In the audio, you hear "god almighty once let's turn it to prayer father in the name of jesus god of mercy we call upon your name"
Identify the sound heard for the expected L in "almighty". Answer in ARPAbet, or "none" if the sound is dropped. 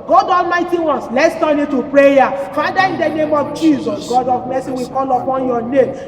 L